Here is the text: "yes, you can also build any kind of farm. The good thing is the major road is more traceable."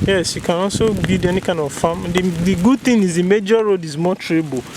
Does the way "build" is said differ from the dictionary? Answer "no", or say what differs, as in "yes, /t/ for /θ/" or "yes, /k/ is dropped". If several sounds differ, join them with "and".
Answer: yes, /l/ is dropped